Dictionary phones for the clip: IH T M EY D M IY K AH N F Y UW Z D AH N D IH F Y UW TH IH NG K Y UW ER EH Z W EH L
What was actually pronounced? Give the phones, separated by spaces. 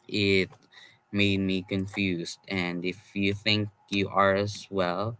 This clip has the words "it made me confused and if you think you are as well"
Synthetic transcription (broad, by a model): IH T M EY D M IY K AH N F Y UW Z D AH N IH F Y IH TH IH NG K Y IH ER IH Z W EH L